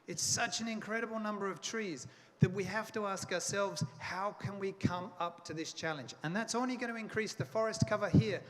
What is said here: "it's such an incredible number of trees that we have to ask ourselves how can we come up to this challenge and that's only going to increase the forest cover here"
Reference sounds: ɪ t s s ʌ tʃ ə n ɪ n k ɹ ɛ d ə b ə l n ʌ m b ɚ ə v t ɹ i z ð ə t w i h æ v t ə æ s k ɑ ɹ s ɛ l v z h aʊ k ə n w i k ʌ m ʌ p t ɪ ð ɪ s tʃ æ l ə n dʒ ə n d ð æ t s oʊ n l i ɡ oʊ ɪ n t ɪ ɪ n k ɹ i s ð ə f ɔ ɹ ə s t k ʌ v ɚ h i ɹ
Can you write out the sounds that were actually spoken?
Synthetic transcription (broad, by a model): ɪ t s s ʌ tʃ ə n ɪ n k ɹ ɛ d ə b l n ʌ m b ɚ ə v t ɹ i z ð ə t w i h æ f t ə æ s k ɑ ɹ s ɛ l v z h aʊ k ə n w i k ʌ m ʌ p t ɪ ð ɪ s tʃ æ l ə n dʒ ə n ð æ t s oʊ n l i ɡ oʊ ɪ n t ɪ ɪ n k ɹ i s ð ə f ɔ ɹ ə s t k ʌ v ɚ h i ɹ